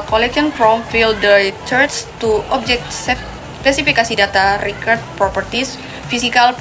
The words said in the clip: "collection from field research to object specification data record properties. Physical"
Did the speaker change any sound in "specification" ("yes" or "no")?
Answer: yes